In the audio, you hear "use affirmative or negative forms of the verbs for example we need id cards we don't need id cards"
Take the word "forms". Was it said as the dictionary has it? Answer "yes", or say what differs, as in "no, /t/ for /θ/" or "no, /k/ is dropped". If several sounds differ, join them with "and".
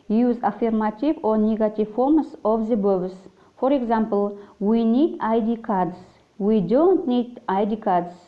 no, /s/ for /z/